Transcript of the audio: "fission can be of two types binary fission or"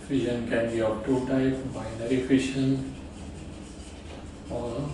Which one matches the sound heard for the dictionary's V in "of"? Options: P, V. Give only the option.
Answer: P